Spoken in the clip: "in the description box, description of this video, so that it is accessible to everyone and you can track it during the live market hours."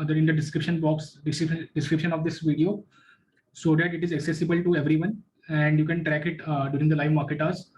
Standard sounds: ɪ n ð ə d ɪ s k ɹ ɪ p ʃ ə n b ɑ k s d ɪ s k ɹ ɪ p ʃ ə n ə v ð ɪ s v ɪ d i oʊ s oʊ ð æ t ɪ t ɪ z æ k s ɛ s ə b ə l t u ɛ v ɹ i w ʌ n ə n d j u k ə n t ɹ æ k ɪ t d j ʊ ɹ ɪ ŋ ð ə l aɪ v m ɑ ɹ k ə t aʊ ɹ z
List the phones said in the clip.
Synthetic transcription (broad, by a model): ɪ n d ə d ɪ s k ɹ ɪ p ʃ ə n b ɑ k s d ɪ s k ɹ ɪ p ʃ ə n ə v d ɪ s v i d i oʊ s oʊ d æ t ɪ t ɪ z æ k s ɛ s ə b ə l t u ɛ v ɹ i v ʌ n ə n d j u k ə n t ɹ æ k ɪ t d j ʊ ɹ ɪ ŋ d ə l aɪ v m ɑ ɹ k ə t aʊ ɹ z